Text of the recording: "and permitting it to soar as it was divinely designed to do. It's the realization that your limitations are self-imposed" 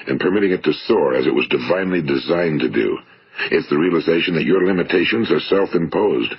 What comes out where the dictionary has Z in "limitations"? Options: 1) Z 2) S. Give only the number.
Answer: 1